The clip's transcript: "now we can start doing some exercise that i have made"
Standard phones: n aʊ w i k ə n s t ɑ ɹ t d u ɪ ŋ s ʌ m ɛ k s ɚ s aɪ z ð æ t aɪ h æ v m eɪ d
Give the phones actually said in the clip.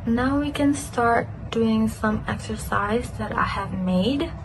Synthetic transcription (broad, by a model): n aʊ w i k ə n s t ɑ ɹ t d u ɪ ŋ s ʌ m ɛ k s ɚ s aɪ z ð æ t aɪ h æ v m eɪ d